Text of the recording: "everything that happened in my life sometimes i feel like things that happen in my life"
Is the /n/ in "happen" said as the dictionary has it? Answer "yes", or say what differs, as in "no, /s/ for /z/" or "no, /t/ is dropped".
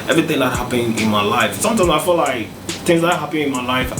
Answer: no, /n/ is dropped